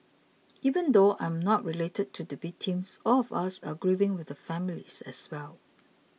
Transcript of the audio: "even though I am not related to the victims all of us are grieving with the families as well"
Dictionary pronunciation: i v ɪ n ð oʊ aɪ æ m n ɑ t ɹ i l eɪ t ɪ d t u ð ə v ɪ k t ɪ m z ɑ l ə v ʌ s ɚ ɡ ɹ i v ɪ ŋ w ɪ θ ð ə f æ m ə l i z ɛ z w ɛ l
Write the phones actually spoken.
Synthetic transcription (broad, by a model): i v ɪ n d oʊ aɪ m n ɑ t ɹ i l eɪ t ɪ d t u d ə b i t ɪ m s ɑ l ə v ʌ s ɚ ɡ ɹ i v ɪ ŋ w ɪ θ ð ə f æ m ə l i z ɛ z w ɛ l